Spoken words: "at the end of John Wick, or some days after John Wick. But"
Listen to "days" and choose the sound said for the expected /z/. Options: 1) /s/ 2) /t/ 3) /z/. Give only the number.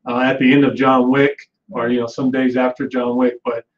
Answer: 3